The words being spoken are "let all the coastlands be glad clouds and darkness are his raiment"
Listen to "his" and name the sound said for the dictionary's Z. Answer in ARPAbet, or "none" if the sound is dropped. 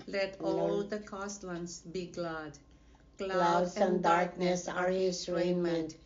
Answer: S